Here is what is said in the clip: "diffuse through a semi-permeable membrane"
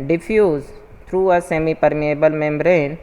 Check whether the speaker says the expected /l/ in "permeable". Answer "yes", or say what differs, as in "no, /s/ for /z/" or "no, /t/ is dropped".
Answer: yes